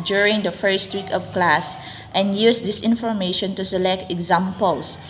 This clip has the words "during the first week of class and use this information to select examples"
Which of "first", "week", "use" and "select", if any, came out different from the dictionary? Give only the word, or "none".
none